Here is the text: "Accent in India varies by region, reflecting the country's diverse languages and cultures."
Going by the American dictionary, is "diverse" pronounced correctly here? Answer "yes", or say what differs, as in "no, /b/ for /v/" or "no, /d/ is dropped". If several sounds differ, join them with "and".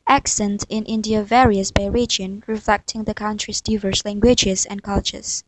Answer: yes